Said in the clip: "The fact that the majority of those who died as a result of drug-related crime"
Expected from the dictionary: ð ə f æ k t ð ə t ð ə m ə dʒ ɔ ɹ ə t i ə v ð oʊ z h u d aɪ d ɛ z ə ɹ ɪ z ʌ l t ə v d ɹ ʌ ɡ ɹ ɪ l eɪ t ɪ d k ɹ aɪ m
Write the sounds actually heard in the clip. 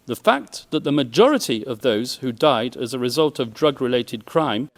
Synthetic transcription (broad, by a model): ð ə f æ k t ð ə t ð ə m ə dʒ ɔ ɹ ə t i ə v ð oʊ z h u d aɪ d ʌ z ə ɹ ɪ z ʌ l t ə v d ɹ ʌ ɡ ɹ ɪ l eɪ t ɪ d k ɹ aɪ m